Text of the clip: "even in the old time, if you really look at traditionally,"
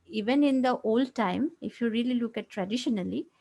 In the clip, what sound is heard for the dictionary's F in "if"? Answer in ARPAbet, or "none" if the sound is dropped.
F